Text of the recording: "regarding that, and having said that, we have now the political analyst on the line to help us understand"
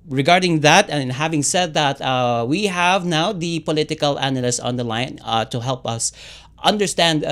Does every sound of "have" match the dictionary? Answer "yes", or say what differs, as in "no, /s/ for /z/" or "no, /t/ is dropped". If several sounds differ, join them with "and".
yes